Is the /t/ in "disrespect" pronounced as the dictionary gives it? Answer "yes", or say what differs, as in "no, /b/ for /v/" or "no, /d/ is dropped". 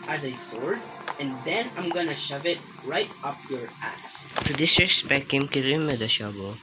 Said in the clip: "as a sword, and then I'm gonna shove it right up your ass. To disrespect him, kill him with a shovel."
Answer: no, /t/ is dropped